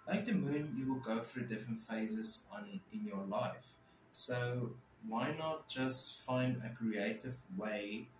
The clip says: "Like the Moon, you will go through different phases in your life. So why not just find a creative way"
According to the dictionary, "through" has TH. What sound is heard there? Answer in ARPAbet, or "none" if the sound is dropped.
F